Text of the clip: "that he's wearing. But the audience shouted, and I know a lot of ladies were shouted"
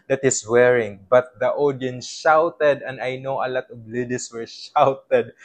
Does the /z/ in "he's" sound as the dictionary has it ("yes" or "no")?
no